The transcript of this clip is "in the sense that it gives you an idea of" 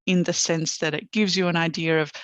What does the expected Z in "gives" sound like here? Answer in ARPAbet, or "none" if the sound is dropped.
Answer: Z